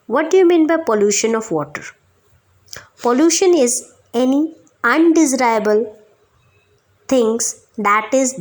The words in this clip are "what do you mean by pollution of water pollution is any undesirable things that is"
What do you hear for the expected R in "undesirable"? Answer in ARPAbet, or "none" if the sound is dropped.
none